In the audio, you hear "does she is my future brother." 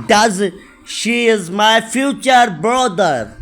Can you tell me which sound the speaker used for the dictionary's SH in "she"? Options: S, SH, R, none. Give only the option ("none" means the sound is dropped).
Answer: SH